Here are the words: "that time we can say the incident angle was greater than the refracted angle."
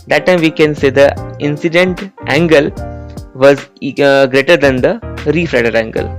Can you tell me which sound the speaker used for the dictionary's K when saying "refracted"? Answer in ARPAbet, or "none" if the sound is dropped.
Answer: none